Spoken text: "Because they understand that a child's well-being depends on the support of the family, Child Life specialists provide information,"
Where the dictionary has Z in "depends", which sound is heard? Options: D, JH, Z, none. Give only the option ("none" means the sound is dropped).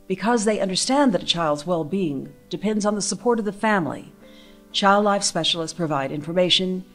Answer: Z